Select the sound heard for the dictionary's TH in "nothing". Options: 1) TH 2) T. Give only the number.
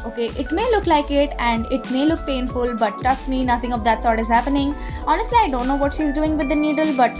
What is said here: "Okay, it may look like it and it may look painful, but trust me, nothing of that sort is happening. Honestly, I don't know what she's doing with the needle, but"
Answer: 2